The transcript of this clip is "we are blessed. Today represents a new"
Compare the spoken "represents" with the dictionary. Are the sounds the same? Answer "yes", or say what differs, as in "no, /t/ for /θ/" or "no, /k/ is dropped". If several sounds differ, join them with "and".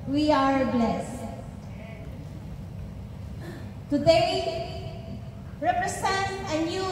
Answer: no, /s/ is dropped